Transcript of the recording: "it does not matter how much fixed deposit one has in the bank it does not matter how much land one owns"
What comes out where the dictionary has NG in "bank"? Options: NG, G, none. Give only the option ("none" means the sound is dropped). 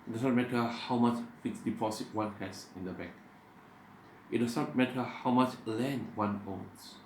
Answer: none